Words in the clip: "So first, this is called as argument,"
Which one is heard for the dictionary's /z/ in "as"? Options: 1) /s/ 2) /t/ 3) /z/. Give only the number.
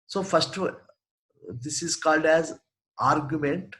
3